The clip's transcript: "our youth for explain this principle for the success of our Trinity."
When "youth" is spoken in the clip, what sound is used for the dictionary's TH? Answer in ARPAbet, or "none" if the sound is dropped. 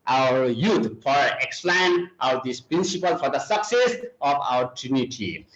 T